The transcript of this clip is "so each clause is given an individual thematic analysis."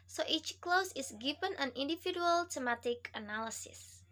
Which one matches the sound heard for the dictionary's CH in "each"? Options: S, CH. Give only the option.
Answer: CH